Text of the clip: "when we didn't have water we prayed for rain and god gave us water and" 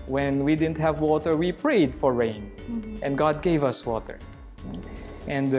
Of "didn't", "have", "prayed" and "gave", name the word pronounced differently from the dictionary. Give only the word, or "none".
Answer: none